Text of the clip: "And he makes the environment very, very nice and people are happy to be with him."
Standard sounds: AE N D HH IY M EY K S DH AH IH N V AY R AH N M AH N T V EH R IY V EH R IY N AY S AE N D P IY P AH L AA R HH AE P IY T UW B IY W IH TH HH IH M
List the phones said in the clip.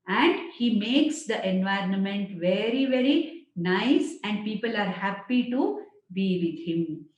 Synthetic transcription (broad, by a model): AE N D HH IY M EY K S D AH IH N V AY R AH N M AH N T V EH R IY V EH R IY N AY S AE N D P IY P AH L AA R HH AE P IY T UW B IY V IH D HH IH M